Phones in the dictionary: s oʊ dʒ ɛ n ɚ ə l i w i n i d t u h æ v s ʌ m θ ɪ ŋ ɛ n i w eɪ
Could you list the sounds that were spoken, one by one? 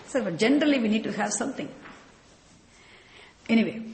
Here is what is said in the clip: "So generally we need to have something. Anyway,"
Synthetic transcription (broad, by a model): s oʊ dʒ ɛ n ɚ ə l i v i n i d t u h æ v s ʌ m t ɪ ŋ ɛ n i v eɪ